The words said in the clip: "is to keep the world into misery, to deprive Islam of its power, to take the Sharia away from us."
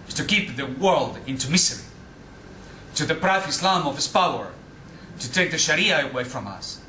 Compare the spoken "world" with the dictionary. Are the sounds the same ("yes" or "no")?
yes